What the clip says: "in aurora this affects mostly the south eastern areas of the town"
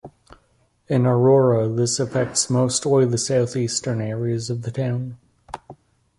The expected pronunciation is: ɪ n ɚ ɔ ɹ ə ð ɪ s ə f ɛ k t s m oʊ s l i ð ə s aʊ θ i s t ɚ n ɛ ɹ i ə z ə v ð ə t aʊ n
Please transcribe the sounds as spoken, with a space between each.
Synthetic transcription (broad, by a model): ɪ n ɚ ɔ ɹ ə ð ɪ s ə f ɛ k t s m oʊ s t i ð ə s aʊ θ i s t ɚ n ɛ ɹ i ə z ə v ð ə t aʊ n